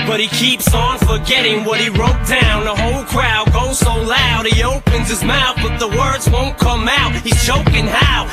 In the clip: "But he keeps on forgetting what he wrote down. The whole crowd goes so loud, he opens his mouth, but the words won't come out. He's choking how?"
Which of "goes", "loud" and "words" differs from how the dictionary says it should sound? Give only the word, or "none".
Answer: none